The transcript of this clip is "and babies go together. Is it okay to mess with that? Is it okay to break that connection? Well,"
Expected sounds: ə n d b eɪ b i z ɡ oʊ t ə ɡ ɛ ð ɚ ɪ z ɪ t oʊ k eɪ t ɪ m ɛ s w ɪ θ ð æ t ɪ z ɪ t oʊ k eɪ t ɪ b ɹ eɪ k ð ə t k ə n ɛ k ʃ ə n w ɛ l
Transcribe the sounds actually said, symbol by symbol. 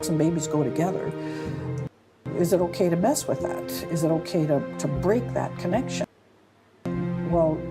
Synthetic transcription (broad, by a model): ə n b eɪ b i z ɡ oʊ t ə ɡ ɛ ð ɚ ɪ z ɪ t oʊ k eɪ t ɪ m ɛ s w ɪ ð æ t ɪ z ɪ t oʊ k eɪ t ɪ b ɹ eɪ k ð ə t k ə n ɛ k ʃ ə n w ɛ l